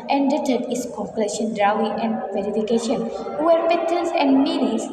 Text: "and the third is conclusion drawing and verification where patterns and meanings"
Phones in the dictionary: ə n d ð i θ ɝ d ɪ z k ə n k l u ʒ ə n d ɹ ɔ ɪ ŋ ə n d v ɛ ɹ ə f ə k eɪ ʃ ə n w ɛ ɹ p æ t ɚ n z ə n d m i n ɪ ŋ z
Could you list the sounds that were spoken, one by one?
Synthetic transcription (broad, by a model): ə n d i t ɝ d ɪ s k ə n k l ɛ ʃ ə n d ɹ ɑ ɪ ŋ ə n d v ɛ ɹ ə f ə k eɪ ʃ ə n w ɛ ɹ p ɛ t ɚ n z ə n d m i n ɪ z